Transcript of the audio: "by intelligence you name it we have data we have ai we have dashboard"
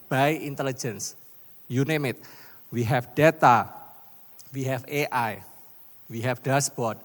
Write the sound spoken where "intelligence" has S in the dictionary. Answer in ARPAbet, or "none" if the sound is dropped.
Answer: S